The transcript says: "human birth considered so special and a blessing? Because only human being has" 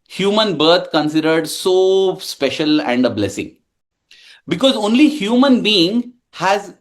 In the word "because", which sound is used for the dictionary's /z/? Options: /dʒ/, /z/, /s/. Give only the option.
/z/